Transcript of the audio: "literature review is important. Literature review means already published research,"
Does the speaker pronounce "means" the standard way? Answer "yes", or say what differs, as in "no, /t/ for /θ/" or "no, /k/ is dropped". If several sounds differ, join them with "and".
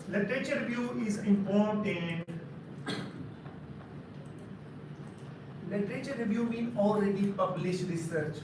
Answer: no, /z/ is dropped